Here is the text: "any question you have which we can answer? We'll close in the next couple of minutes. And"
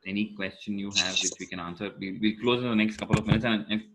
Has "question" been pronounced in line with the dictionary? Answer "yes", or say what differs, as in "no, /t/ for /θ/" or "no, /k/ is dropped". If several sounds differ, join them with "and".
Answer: yes